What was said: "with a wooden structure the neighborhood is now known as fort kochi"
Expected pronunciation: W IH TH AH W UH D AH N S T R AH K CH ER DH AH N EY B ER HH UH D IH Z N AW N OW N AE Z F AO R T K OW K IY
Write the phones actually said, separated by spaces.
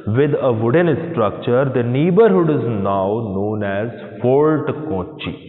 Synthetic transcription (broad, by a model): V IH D AH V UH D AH N S T R AH K CH ER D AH N EY B ER HH UH D IH Z N AW N OW N AE Z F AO L T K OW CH IY